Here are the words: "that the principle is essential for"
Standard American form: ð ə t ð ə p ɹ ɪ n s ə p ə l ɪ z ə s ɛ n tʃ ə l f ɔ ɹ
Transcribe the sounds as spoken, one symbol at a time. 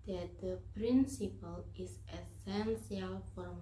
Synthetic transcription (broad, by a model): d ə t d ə p ɹ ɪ n s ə p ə l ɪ s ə s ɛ n s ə l f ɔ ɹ